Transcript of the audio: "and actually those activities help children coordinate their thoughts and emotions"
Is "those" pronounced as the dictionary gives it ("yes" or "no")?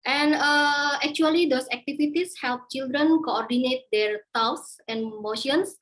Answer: no